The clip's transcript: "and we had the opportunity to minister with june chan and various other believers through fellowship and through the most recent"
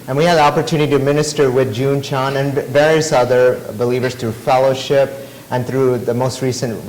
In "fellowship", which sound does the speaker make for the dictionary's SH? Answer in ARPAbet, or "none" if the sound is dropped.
SH